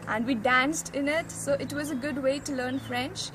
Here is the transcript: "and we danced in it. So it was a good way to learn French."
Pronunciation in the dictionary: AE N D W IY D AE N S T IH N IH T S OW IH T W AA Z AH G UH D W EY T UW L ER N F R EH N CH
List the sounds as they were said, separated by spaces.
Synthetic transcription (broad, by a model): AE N D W IY D AE N S T IH N IH T S OW IH T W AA Z AH G UH D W EY T UW L ER N F R EH N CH